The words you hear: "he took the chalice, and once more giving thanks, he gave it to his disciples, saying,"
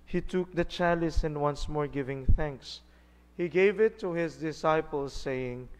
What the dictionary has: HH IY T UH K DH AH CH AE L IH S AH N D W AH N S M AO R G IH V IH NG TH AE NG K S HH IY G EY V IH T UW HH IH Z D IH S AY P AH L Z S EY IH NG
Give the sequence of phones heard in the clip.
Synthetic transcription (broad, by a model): HH IY T UH K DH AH CH AE L IH S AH N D W AH N S M AO R G IH V IH NG TH AE NG K S HH IY G EY V IH T UW HH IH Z D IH S AY P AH L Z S EY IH NG